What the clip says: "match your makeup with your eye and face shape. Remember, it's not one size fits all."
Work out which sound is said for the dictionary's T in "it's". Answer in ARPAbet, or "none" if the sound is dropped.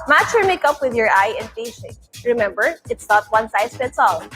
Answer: T